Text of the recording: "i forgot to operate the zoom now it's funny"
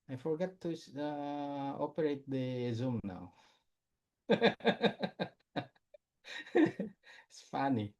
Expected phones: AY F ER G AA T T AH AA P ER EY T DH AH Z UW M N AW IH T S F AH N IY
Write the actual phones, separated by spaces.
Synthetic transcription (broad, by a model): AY F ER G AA T S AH AA P ER EY T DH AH Z UW M N AW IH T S F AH N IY